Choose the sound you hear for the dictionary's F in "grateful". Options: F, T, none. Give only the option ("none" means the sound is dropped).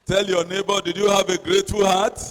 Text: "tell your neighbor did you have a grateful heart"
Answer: none